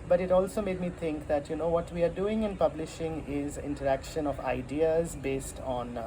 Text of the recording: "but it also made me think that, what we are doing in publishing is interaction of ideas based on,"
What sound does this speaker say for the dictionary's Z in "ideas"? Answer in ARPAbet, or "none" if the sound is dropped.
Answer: Z